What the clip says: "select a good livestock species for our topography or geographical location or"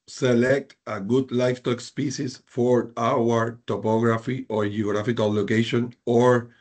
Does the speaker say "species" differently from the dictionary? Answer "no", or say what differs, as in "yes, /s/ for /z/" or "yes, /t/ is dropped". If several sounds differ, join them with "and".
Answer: yes, /s/ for /ʃ/ and /s/ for /z/